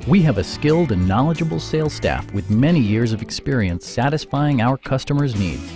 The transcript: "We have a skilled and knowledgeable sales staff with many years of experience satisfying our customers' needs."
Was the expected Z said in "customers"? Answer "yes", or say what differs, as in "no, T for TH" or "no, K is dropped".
yes